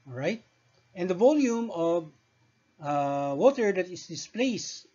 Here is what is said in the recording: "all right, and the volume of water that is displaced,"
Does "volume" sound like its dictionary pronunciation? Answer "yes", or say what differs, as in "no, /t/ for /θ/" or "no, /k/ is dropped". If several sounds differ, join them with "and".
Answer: yes